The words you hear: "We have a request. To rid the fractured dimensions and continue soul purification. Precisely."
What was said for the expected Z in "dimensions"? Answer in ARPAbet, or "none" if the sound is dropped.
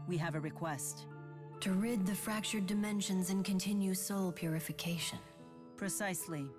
Z